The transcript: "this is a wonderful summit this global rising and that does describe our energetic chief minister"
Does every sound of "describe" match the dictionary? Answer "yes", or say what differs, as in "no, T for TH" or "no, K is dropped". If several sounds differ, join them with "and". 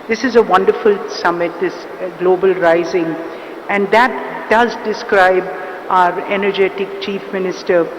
yes